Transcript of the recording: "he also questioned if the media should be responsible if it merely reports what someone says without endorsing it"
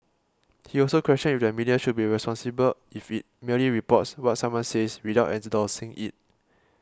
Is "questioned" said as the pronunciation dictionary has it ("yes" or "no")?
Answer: no